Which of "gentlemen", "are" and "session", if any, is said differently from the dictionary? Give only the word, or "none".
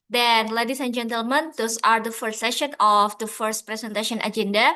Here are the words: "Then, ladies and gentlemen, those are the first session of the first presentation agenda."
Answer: none